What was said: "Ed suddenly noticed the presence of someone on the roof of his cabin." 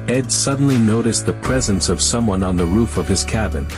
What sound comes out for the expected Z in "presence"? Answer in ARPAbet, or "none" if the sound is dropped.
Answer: Z